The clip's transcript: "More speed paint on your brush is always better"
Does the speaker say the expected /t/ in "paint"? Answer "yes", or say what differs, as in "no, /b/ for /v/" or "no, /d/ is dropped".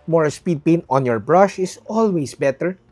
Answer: no, /t/ is dropped